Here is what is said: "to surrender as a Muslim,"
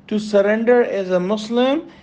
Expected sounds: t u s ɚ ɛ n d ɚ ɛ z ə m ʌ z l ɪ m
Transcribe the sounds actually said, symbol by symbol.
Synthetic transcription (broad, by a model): t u s ɚ ɛ n d ɚ ɛ z ə m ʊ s l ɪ m